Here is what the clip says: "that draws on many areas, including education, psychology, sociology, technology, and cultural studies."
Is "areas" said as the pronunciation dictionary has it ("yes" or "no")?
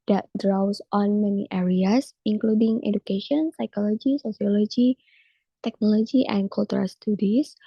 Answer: no